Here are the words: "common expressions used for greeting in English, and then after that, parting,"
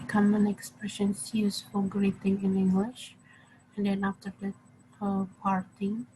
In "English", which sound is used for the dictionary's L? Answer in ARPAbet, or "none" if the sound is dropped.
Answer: L